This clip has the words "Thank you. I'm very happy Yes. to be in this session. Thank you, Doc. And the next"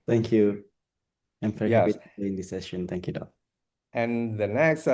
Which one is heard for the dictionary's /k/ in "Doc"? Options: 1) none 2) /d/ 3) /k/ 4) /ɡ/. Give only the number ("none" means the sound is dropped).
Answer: 1